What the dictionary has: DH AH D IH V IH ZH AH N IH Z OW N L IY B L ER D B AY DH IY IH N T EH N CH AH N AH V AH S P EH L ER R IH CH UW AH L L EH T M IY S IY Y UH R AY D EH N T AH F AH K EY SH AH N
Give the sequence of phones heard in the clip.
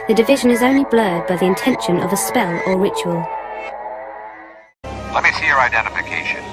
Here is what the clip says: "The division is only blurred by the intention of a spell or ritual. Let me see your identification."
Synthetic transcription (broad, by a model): DH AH D IH V IH ZH AH N IH Z OW N L IY B L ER D B AY DH IY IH N T EH N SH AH N AH V AH S P EH L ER R IH CH UW AH L L EH T M IY S IY Y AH R AY D EH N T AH F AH K EY SH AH N